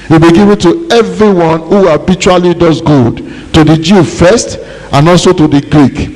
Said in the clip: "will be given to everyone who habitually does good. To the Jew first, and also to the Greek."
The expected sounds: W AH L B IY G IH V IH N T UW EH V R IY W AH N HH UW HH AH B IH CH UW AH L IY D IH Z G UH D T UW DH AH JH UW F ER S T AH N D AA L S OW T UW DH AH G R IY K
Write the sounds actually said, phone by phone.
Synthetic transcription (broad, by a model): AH B IY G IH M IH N T UW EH V R IY W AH N HH UW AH B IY CH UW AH L IY D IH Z G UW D T UW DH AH JH UW F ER S T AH N AA L S OW T UW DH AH G R IY K